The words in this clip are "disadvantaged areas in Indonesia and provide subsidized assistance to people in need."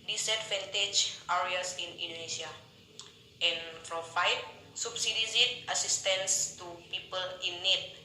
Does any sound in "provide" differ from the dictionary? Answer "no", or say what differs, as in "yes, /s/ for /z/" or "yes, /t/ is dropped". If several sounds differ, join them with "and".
yes, /f/ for /v/